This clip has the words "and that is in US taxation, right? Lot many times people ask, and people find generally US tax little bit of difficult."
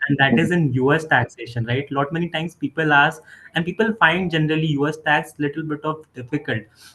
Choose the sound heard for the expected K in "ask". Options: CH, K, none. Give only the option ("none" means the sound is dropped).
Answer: none